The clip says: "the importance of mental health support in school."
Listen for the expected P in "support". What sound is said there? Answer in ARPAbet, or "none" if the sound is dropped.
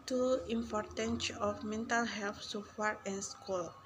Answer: F